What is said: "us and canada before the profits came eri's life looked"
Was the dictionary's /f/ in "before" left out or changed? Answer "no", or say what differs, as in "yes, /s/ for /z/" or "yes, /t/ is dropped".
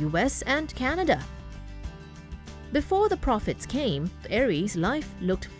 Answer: no